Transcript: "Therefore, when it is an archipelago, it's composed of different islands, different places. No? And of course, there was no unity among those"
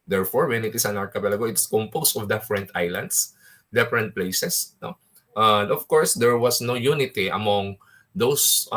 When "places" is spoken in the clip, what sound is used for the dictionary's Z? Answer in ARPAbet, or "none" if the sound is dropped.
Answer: S